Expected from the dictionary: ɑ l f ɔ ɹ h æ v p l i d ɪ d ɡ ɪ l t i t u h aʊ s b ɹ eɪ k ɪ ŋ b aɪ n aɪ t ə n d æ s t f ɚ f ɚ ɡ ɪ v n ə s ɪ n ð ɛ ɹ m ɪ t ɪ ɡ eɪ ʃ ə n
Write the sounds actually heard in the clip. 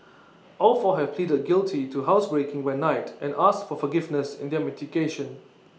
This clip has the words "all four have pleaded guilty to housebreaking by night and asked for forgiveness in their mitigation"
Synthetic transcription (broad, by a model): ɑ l f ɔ h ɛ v p l i d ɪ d ɡ ɪ l t i t u h aʊ s b ɹ eɪ k ɪ ŋ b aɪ n aɪ t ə n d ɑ s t f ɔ f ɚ ɡ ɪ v n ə s ɪ n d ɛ m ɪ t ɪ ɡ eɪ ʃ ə n